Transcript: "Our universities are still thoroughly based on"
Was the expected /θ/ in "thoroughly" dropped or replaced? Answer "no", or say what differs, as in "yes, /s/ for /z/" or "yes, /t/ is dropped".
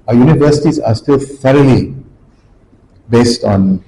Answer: yes, /f/ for /θ/